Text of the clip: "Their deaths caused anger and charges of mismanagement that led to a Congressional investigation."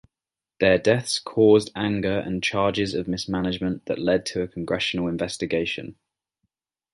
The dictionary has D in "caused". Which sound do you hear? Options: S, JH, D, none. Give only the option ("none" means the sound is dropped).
D